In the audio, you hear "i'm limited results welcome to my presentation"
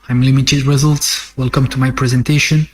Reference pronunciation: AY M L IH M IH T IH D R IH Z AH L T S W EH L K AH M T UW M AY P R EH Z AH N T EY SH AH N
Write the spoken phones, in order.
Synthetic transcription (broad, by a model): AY M L IH M IH T IH D R IH Z AH L T S W EH L K AH M T UW M AY P R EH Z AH N T EY SH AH N